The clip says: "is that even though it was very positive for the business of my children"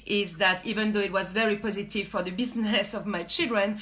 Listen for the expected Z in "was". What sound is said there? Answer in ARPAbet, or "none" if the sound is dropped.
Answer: Z